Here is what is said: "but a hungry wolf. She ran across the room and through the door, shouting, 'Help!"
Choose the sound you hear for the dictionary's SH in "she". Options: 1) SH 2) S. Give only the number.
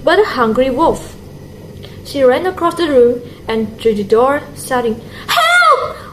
1